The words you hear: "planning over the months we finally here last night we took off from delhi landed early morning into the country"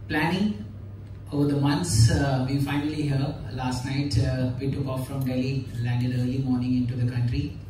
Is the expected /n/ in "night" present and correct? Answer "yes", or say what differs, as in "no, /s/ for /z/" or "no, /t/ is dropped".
yes